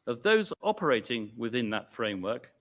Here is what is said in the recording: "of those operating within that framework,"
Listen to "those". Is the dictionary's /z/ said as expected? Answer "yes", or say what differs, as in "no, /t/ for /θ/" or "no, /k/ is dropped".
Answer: yes